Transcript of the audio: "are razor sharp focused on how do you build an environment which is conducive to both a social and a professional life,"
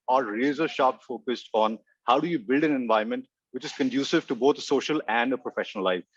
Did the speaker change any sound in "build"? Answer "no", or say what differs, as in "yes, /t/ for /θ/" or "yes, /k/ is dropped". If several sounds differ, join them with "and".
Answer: no